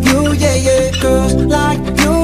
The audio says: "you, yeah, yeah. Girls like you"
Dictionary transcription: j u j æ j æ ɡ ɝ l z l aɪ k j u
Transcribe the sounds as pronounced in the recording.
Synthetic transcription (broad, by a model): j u j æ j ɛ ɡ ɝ z l aɪ k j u